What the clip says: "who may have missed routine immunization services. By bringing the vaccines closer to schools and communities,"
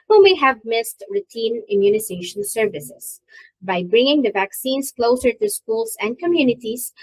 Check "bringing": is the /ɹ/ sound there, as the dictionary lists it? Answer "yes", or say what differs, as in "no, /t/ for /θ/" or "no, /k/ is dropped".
yes